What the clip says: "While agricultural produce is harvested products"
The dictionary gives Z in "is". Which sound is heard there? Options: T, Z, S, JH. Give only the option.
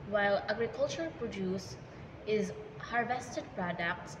Z